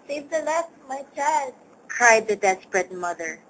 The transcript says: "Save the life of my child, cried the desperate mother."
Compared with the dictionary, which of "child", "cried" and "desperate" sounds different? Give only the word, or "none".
none